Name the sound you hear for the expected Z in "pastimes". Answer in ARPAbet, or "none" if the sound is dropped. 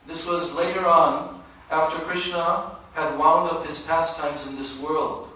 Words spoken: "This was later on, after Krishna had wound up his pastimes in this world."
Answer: Z